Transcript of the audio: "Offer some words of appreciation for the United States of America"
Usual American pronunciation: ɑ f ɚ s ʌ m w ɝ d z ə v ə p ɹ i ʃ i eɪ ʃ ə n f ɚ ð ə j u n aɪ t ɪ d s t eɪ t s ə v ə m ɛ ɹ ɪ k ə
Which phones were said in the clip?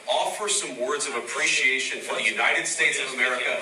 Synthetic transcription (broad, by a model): ɑ f ɚ s ʌ m w ɝ d z ə v ə p ɹ i ʃ i eɪ ʃ ə n f ɚ ð ə j u n aɪ t ɪ d s t eɪ t s ə v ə m ɛ ɹ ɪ k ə